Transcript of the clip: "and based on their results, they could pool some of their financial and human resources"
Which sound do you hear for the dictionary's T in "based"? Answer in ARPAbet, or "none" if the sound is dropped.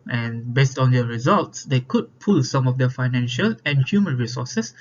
T